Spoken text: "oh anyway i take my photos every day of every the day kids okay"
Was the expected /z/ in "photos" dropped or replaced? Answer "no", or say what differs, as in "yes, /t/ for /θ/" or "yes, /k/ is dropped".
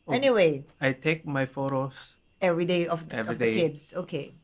yes, /s/ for /z/